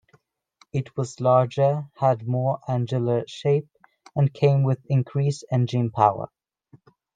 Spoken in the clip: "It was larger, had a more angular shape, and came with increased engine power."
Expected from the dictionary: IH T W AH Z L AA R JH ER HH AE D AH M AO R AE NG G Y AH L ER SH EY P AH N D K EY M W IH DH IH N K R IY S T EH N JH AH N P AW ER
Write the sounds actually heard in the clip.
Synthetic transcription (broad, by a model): IH T W AH Z L AA R JH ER HH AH D M AO R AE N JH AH L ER SH EY P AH N K EY M W IH DH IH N K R IY S EH N JH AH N P AW ER